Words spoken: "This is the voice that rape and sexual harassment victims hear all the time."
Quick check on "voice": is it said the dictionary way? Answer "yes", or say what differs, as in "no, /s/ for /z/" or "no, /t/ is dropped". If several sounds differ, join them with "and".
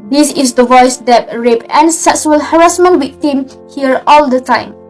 yes